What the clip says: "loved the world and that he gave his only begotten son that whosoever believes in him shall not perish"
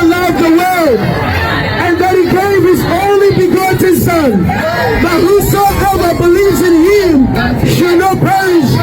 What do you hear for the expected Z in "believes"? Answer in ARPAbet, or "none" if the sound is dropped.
Z